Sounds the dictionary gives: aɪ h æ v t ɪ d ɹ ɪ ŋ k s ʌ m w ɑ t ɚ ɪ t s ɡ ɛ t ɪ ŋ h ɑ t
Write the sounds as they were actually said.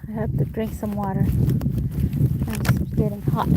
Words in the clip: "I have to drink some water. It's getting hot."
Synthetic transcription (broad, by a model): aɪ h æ p t ɪ d ɹ ɪ ŋ k s ʌ m w ɑ t ɚ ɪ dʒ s ɡ ɛ t ɪ ŋ h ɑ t